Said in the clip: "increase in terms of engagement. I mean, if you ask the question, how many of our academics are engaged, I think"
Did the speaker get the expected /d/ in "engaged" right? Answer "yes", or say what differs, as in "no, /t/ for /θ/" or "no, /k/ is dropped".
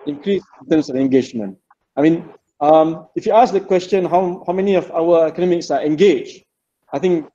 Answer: no, /d/ is dropped